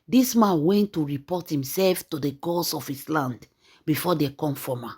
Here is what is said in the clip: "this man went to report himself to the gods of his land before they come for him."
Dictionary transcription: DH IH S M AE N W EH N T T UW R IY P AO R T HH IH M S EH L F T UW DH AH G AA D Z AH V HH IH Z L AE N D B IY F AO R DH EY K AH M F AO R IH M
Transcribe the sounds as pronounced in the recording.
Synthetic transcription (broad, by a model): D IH S M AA N W EH N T T UW R IY P AO T HH IH M S EH L F T UW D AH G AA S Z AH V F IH S L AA N D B IY F AO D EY K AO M F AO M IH